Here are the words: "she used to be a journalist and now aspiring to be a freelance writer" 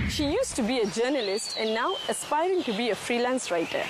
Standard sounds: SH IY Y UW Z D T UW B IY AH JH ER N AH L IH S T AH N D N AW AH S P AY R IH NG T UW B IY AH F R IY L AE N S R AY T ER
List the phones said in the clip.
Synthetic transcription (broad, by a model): SH IY Y UW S T UW B IY AH JH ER N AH L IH S T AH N N AW AH S P AY R IH NG T UW B IY AH F R IY L AE N S R AY T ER